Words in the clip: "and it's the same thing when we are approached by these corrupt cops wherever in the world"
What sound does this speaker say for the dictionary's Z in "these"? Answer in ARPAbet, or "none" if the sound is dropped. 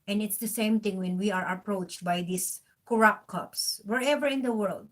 S